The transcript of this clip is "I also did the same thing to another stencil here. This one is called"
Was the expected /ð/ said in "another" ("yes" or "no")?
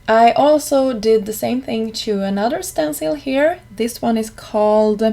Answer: yes